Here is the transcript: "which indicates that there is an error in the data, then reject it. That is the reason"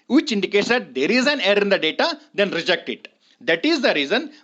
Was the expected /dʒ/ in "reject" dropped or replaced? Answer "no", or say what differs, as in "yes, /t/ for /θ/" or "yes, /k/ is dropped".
no